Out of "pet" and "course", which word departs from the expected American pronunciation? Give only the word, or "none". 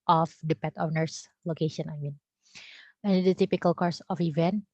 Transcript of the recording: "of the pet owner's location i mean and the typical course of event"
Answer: none